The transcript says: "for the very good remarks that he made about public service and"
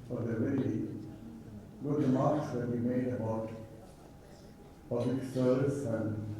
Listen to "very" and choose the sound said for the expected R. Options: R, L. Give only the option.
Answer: L